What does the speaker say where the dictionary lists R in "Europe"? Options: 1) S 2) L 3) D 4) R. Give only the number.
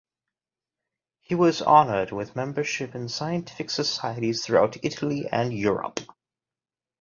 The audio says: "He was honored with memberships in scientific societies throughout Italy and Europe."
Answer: 4